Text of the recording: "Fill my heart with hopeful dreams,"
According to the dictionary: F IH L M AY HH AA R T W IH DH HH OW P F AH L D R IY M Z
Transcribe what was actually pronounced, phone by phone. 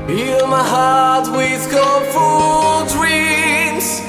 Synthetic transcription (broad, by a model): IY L M AY HH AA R T W IH DH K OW F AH L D R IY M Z